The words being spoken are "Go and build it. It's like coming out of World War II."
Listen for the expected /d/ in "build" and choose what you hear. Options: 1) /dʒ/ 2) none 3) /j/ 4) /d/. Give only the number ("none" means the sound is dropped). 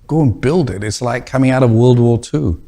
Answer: 4